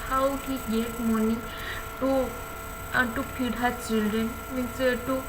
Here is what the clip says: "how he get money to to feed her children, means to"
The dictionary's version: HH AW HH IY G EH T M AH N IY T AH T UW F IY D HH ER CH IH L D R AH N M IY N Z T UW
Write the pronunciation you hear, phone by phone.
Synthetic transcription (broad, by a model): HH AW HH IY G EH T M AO N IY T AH T UW P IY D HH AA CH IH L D AH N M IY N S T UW